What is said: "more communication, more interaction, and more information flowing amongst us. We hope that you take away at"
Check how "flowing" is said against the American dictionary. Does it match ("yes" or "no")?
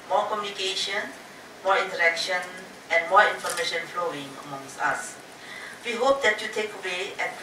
yes